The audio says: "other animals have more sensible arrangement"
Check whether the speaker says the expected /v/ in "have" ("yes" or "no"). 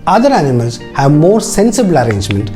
yes